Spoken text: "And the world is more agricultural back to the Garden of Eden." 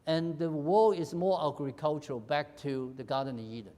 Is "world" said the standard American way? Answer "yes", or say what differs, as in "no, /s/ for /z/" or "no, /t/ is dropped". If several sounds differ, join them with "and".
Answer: no, /d/ is dropped